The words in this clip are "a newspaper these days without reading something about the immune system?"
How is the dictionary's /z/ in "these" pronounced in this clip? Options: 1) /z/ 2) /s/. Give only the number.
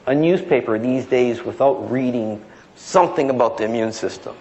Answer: 1